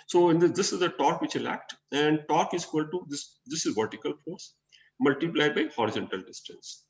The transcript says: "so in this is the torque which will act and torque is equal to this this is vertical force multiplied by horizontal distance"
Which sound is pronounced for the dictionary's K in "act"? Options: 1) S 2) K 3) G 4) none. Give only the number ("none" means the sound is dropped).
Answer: 2